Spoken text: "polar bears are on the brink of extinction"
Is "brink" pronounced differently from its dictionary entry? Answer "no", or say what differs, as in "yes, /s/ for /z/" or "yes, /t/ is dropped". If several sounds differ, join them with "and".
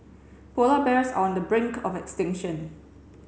no